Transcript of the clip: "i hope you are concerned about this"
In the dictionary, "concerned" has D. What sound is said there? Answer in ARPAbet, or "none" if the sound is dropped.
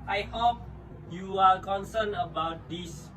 none